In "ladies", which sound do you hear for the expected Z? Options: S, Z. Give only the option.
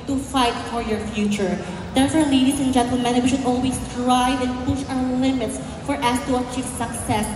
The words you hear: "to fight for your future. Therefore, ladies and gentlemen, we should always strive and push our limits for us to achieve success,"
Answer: S